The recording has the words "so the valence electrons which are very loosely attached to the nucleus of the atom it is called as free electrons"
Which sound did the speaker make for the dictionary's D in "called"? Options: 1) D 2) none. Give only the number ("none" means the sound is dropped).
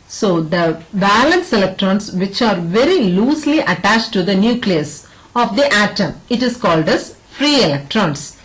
1